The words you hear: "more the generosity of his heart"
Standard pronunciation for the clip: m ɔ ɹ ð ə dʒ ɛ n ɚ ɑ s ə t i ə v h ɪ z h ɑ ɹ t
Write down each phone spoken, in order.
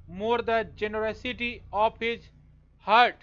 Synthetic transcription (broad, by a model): m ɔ ɹ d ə dʒ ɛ n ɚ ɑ s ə t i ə p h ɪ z h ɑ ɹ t